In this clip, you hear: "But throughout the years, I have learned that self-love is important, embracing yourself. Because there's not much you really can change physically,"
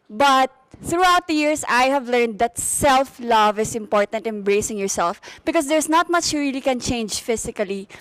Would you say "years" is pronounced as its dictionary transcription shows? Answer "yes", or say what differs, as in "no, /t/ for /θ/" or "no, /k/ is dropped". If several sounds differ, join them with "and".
no, /s/ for /z/